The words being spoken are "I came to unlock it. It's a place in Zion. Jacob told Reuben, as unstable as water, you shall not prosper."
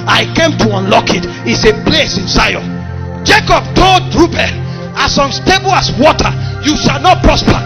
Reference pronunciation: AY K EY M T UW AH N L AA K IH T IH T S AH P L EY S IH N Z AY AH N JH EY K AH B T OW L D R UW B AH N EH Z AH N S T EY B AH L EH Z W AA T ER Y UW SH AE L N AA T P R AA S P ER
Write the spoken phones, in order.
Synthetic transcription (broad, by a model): AY K EY M T UW AH N L AA K IH T IH T S AH P L EY S IH N S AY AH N JH EY K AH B T OW L D R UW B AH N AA S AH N S T EY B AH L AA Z W AA T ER Y UW SH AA L N AA T P R AA S P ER